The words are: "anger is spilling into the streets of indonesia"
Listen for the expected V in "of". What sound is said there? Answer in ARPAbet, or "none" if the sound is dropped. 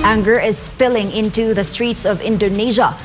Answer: V